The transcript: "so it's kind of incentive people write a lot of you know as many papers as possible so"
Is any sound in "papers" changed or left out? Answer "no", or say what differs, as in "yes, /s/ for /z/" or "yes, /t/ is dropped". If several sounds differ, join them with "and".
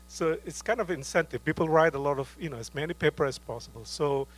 yes, /z/ is dropped